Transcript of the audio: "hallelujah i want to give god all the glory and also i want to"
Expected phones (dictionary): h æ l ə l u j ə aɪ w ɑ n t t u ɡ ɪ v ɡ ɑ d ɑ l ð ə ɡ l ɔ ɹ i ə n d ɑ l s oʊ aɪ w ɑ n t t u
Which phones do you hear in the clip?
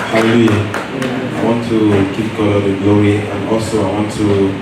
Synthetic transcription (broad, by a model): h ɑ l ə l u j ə aɪ w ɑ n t t u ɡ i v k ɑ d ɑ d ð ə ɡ l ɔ w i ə n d ɑ l s oʊ aɪ w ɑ n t t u